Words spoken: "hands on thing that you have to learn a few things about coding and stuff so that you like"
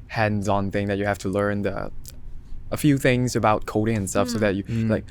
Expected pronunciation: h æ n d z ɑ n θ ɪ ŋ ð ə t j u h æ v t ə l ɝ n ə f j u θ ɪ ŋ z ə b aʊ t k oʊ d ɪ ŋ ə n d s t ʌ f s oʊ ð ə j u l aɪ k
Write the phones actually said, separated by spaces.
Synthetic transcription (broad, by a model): h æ n d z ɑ n θ ɪ ŋ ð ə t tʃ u h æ f t ə l ɝ n ə f j u θ ɪ ŋ z ə b aʊ t k oʊ d ɪ ŋ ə n s t ʌ f s oʊ ð ə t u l aɪ k